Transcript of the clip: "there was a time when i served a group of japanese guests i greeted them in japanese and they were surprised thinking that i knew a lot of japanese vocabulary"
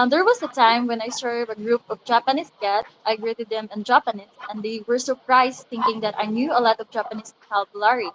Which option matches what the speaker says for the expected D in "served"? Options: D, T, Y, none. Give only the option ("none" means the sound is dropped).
none